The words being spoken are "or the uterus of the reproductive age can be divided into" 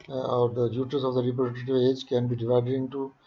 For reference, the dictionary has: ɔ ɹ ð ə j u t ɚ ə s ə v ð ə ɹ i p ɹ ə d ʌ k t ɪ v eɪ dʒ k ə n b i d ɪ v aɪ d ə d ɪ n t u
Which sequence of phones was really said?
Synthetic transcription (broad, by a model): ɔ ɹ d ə j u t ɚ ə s ə v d ə ɹ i p ɹ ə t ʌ t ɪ v eɪ dʒ k ə n b i d ɪ v aɪ d ə d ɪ n t u